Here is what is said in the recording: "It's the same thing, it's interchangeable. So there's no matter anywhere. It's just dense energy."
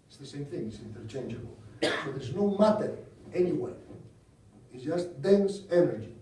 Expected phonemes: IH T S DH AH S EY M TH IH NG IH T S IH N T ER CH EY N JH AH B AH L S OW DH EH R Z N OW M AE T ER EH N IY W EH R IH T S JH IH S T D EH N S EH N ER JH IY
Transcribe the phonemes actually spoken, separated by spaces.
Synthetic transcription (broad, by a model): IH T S DH AH S EY M TH IH NG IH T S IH N T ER CH EY N JH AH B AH L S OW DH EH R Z N OW M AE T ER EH N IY W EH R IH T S JH IH S T D EH N S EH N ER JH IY